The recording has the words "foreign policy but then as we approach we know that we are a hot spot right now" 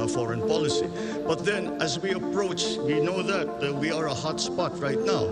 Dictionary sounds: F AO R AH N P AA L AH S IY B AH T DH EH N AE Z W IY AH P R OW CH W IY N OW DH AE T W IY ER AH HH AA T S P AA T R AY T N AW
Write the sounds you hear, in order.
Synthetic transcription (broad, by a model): F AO R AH N P AA L AH S IY B AH T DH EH N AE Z W IY AH P R OW CH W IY N OW DH AE T W IY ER AH HH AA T S P AA T R AY T N AW